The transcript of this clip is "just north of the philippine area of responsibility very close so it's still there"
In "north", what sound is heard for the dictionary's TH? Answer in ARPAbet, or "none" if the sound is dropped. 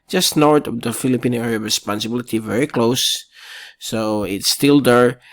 T